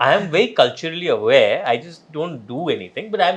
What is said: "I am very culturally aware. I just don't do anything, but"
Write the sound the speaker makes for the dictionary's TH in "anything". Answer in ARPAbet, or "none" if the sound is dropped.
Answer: T